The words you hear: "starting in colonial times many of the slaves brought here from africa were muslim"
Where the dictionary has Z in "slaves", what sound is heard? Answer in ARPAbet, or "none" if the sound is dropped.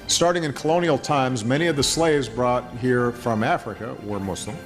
Z